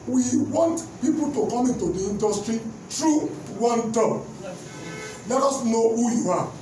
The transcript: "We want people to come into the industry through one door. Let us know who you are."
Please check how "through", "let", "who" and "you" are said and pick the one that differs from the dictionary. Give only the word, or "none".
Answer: through